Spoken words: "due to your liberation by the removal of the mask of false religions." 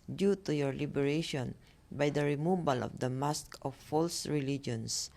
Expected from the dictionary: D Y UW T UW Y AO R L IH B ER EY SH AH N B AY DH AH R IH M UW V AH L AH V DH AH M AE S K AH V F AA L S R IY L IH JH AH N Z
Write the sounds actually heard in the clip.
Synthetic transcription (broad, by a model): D Y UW T UW Y AO R L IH B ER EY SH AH N B AY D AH R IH M UW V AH L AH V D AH M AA S K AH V F AA L S R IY L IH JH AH N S